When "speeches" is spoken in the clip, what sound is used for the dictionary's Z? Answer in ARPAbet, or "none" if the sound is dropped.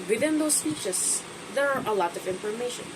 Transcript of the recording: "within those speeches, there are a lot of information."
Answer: S